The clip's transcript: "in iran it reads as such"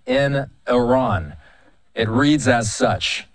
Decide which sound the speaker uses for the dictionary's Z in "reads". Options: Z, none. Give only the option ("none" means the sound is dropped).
Z